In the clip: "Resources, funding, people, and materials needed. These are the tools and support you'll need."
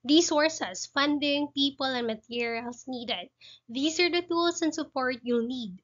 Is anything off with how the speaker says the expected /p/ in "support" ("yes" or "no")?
no